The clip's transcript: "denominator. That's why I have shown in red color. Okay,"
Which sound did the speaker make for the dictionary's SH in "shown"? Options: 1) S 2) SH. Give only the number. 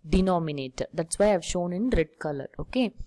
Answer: 2